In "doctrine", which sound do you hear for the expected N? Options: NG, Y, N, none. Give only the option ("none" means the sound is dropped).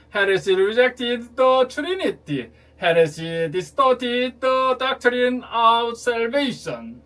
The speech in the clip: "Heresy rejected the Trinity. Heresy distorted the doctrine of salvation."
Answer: N